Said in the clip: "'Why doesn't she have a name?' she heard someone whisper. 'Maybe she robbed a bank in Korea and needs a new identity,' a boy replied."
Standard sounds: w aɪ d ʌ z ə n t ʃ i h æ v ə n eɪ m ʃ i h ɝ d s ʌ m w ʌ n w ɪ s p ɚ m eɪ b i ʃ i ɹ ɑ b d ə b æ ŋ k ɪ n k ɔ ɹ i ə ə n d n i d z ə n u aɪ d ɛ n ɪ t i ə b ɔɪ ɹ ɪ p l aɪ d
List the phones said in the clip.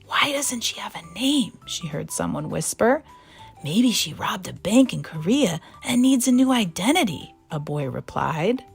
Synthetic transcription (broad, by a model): w aɪ d ʌ z ə n t ʃ i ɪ v ə n eɪ m ʃ i h ɝ d s ʌ m w ʌ n w ɪ s p ɚ m eɪ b i ʃ i ɹ ɑ b d ə b æ ŋ k ɪ n k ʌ ɹ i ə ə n n i d z ə n u aɪ d ɛ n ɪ t i ə b ɔɪ ɹ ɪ p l aɪ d